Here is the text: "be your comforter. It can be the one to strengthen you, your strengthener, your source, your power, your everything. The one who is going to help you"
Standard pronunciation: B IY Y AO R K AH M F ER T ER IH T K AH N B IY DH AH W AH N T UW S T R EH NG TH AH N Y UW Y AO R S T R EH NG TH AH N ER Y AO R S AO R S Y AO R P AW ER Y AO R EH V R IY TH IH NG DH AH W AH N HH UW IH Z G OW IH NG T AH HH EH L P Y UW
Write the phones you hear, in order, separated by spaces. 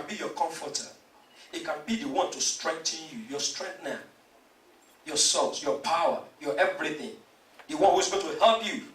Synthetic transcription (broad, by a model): B IY Y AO K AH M F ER T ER IH T K AH N B IY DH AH W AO N T UW S T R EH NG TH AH N Y UW Y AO S T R EH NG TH N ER Y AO S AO L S Y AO P AW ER Y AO EH V R IY TH IH NG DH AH W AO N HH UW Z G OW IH T AH HH EH L P Y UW